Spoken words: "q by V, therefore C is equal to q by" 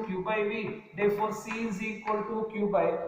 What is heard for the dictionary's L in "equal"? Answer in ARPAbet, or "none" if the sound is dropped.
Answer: L